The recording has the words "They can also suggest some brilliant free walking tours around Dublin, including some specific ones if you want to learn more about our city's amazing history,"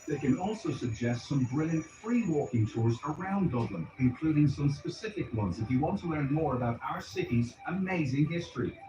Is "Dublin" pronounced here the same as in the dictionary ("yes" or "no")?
yes